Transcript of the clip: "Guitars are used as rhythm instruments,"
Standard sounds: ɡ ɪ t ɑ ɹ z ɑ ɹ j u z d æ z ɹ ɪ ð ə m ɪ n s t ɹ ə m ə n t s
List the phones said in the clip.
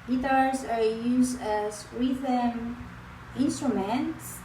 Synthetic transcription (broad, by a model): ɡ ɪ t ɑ ɹ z ɑ ɹ j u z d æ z w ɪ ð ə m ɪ n s t ɹ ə m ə n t s